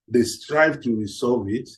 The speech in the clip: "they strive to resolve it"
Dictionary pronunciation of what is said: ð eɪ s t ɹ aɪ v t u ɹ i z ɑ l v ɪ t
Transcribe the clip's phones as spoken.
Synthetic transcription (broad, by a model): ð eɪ s t ɹ aɪ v t u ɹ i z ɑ v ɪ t